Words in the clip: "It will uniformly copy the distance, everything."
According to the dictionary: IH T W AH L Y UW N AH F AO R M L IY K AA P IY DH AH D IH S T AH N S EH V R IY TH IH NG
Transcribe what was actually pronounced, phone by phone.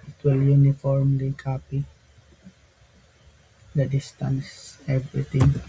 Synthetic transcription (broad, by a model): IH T W AH L Y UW N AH F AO R M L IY K AA P IY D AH D IH S T AH N S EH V R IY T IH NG